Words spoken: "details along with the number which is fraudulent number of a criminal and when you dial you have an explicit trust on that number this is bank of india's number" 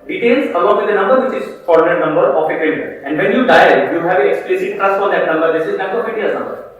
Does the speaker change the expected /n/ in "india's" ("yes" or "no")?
yes